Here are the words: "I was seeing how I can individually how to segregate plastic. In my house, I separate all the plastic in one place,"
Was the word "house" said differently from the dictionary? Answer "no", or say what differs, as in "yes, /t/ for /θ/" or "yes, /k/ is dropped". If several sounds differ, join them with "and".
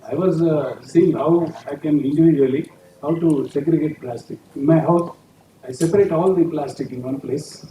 yes, /s/ is dropped